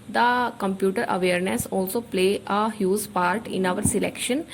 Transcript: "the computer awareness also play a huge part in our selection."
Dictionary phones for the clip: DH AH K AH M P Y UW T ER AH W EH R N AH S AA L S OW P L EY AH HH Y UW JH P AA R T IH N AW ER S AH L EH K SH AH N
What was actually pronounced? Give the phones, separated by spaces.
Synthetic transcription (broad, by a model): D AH K AH M P Y UW T ER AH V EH R N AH S AA L S OW P L EY AH HH Y UW Z P AA R T IH N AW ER S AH L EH K SH AH N